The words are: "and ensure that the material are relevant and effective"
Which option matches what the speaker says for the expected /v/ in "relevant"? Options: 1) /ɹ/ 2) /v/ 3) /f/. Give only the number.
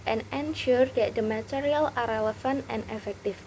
3